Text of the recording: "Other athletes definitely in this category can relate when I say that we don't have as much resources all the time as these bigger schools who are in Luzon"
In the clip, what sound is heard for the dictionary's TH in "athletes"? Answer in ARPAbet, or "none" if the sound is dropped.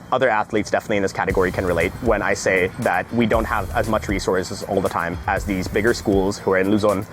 TH